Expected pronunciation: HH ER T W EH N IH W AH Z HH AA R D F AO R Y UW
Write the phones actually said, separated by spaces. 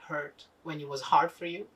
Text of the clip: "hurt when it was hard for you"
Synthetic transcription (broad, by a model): HH ER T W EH N IH W AH Z HH AA R D F AO R Y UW